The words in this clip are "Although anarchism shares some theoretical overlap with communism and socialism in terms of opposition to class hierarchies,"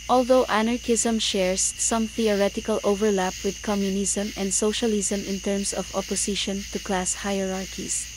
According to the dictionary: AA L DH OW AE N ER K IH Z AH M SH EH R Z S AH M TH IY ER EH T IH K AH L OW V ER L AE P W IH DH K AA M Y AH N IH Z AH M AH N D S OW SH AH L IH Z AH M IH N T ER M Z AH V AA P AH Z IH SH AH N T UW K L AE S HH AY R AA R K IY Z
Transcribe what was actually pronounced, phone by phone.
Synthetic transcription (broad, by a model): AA L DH OW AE N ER K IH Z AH M SH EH R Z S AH M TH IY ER EH T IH K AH L OW V ER L AE P W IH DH K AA M Y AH N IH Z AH M AH N D S OW SH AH L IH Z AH M IH N T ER M S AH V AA P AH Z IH SH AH N T UW K L AE S HH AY R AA R K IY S